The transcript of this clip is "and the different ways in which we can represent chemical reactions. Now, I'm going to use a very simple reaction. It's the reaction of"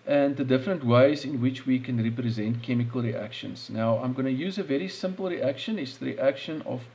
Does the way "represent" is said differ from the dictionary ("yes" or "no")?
no